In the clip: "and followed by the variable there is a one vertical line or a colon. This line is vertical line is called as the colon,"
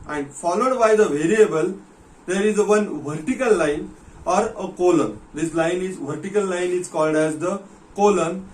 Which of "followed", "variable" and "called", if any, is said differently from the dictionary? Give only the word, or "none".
none